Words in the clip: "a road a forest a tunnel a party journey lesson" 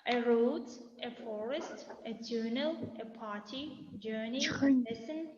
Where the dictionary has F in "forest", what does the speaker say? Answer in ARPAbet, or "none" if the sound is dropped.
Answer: F